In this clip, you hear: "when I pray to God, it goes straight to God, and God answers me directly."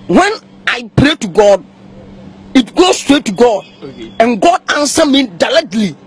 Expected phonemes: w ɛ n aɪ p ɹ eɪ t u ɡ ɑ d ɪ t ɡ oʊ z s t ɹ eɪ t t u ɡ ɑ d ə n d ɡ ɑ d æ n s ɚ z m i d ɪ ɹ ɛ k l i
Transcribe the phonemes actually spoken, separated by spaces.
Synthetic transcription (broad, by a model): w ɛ n aɪ p ɹ eɪ t u ɡ ɑ d ɪ t ɡ oʊ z s t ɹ eɪ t t u ɡ ɑ d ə n ɡ ɑ d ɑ n s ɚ m i d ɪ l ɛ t l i